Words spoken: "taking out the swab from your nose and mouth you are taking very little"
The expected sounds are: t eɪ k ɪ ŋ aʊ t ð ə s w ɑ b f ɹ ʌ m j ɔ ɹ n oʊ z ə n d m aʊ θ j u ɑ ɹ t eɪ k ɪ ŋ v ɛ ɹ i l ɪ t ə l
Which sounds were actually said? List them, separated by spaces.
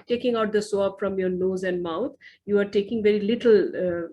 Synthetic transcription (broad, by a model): t eɪ k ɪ ŋ aʊ t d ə s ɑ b f ɹ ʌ m j ɔ ɹ n oʊ z ə n d m aʊ t j u ɑ ɹ t eɪ k ɪ ŋ v ɛ ɹ i l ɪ t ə l